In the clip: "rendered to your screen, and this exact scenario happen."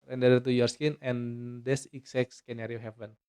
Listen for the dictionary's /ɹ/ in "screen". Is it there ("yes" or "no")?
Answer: no